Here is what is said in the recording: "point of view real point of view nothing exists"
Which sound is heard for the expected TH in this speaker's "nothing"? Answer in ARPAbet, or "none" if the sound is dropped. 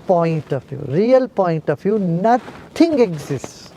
T